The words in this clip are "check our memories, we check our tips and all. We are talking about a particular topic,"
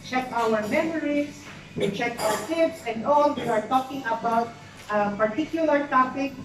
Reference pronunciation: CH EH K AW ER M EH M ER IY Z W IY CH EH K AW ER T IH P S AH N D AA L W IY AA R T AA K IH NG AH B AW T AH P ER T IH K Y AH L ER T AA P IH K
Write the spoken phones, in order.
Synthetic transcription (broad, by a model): CH EH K AW ER M EH M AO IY S W IY CH EH K AW ER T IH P S AH N D AA L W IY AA R T AA K IH NG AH B AW T AH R T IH K Y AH L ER T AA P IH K